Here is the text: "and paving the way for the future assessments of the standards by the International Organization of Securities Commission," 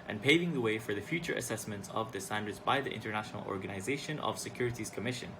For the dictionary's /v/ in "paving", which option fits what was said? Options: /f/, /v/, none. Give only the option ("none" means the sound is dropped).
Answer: /v/